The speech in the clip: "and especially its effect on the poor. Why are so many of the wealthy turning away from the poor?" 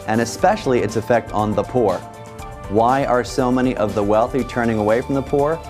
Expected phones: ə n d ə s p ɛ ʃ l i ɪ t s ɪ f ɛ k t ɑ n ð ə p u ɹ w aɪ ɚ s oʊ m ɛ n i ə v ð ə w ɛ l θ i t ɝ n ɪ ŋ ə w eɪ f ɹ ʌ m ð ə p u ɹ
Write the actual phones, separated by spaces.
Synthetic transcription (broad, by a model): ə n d ə s p ɛ ʃ l i ɪ t s ɪ f ɛ k t n ð ə p u ɹ w aɪ ɚ s oʊ m ɛ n i ə v ð ə w ɛ l θ i t ɝ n ɪ ŋ ə w eɪ f ɹ ʌ m ð ə p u ɹ